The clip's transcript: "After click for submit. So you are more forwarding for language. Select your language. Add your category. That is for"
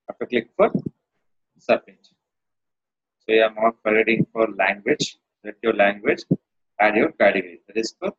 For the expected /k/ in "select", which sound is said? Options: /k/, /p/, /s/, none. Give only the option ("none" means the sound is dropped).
none